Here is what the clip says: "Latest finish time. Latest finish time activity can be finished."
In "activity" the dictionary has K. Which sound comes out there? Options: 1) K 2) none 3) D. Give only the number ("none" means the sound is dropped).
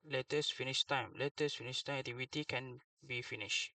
2